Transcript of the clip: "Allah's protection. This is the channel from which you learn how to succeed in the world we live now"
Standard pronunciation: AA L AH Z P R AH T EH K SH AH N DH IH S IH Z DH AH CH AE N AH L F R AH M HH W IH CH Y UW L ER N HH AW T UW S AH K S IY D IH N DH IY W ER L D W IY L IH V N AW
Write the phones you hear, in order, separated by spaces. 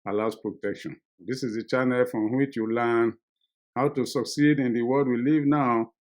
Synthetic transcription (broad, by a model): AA L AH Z P R AH T EH K SH AH N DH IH S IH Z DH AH CH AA N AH L F R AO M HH W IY CH Y UW L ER N HH AW T UW S AH K S IY D IH N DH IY W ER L D W IY L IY V N AW